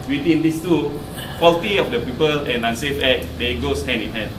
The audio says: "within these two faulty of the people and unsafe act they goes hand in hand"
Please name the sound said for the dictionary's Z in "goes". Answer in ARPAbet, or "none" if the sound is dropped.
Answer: S